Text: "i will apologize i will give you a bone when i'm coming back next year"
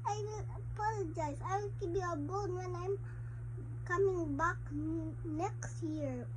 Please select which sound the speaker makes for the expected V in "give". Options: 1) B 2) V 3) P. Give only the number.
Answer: 1